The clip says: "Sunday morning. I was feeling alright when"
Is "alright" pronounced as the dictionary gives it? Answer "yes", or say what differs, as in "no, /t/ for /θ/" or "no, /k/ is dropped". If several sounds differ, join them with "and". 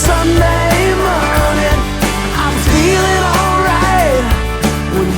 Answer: yes